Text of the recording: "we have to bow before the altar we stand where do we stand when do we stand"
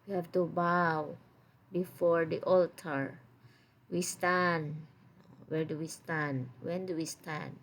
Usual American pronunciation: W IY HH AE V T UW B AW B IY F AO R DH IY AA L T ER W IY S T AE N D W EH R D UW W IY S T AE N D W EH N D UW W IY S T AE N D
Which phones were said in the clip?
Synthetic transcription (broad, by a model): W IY HH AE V T UW B AW B IY F AO R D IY AA L T ER W IY S T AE N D W EH R D UW W IY S T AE N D W EH N D UW W IY S T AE N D